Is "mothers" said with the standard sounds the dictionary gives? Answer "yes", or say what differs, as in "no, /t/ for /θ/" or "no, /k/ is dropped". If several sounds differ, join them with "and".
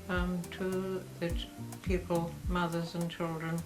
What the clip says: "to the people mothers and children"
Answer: yes